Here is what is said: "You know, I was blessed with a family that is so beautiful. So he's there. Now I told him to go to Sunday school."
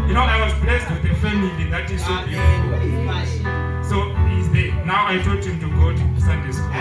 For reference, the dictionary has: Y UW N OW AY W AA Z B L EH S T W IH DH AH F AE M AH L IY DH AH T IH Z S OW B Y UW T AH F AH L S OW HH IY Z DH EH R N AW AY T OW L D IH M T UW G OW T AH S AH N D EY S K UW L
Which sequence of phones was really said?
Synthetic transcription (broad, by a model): Y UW N OW AY W AA Z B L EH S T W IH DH AH F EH M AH L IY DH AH T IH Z S OW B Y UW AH AH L S OW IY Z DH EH N AW AY T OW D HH IH M T UW G OW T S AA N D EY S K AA